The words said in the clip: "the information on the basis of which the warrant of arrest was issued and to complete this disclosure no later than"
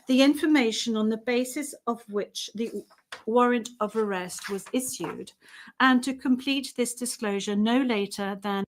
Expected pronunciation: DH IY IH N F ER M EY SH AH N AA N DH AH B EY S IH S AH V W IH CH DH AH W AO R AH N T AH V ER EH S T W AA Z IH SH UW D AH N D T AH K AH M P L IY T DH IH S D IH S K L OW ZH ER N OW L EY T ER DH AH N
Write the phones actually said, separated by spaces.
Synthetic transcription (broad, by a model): DH IY IH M F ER M EY SH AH N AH N DH AH B EY S IH S AH V W IH CH DH AH W AO R AH N T AH V ER EH S T W AA Z IH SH UW D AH N T AH K AH M P L IY T DH IH S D IH S K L OW ZH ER N OW L EY T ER DH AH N